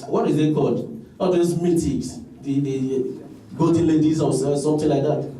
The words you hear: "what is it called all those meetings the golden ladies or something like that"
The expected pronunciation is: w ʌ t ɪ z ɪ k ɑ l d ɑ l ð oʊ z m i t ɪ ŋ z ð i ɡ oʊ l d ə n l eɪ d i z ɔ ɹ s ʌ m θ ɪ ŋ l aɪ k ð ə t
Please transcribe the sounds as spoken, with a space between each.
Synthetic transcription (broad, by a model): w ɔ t ɪ z ɪ k ɑ l d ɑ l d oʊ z m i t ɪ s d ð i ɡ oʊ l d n l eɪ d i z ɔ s s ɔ m t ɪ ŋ l aɪ k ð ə t